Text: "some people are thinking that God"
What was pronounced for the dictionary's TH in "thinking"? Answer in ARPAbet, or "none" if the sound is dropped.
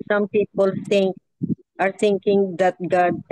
T